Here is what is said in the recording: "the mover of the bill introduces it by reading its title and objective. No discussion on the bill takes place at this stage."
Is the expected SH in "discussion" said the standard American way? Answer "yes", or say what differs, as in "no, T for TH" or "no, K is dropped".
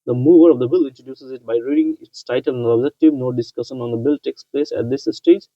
yes